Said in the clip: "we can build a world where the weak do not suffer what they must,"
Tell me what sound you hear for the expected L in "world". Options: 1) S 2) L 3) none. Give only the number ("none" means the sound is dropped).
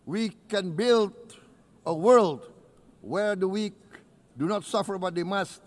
2